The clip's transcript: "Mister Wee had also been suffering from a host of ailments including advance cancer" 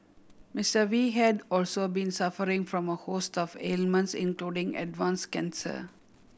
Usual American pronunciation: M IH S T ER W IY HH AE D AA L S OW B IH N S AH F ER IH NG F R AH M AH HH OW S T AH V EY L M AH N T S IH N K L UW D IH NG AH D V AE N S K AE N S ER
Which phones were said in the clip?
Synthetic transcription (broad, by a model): M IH S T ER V IY HH AE D AA L S OW B IH N S AH F ER IH NG F R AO M AH HH OW S T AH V EY L M AH N T S IH N K L UW D IH NG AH D V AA N S K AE N S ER